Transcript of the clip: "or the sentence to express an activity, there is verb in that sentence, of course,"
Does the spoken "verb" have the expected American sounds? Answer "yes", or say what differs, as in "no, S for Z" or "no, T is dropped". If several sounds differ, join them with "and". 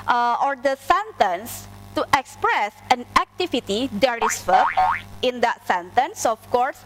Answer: no, B is dropped